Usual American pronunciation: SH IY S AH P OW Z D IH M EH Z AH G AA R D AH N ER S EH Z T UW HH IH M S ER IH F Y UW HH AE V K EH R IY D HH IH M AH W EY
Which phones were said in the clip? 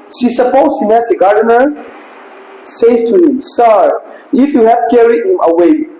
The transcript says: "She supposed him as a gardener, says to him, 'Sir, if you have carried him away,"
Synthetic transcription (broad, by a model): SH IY S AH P OW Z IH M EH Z AH G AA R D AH N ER S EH S T UW HH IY M S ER IH F Y UW HH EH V K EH R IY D HH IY M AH W EY